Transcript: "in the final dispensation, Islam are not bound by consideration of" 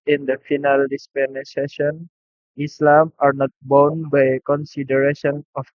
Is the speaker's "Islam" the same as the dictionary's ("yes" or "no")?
yes